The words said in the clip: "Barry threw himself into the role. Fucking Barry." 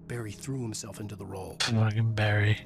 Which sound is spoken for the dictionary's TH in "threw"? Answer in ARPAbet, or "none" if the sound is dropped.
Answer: TH